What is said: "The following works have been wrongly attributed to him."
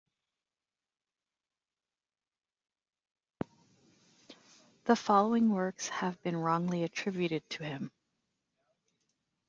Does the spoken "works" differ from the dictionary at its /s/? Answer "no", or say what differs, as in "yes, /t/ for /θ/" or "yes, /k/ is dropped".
no